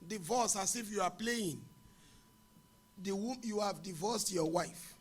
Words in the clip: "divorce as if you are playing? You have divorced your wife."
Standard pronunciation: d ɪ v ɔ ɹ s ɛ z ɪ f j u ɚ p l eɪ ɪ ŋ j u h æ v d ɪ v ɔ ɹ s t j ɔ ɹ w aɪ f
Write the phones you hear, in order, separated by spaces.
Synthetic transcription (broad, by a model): d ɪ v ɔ s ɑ s ɪ f j u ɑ p l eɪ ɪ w j u h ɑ v d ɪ v ɔ s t j ɔ w aɪ f